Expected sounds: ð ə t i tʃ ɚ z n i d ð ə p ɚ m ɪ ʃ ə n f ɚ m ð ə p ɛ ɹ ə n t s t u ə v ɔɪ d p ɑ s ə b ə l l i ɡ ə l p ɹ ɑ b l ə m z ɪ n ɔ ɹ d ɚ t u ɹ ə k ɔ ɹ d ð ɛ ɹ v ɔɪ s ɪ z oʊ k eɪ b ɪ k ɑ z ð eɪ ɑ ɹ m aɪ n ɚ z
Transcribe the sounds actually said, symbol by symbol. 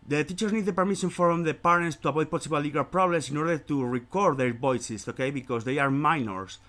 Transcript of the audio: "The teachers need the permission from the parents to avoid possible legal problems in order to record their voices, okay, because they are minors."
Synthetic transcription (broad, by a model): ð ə t i tʃ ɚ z n i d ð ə p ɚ m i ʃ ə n f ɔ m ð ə p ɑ ɹ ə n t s t u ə b ɔɪ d p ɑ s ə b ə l l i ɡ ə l p ɹ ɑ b l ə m s ɪ n ɔ ɹ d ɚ t u ɹ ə k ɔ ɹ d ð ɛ ɹ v ɔɪ s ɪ s oʊ k eɪ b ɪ k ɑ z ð eɪ ɑ ɹ m aɪ n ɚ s